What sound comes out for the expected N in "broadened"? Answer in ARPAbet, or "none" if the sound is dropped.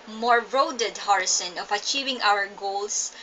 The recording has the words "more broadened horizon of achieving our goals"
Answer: none